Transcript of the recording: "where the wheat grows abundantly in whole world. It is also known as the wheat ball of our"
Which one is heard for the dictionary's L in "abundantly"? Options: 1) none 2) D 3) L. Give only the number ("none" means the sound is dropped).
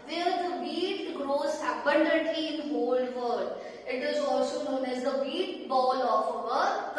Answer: 1